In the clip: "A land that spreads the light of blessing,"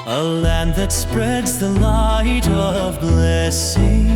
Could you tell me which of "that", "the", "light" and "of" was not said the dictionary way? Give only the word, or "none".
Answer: none